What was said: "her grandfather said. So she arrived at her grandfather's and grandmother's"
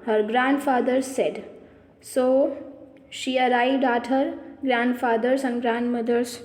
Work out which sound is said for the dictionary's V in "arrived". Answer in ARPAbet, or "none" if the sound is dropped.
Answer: none